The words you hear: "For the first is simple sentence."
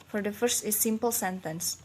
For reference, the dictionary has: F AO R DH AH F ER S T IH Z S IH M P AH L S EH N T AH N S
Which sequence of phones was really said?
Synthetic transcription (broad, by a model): F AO R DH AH F ER S T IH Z S IH M P AH L S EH N T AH N S